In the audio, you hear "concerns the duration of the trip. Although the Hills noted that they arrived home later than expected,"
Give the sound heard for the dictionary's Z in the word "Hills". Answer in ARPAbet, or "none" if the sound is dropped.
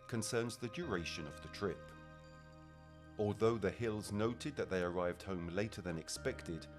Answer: Z